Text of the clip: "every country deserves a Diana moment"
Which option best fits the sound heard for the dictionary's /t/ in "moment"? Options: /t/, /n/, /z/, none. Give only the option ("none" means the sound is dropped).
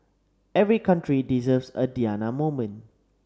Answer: none